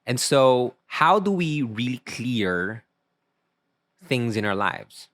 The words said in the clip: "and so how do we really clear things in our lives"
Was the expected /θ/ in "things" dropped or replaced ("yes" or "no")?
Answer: no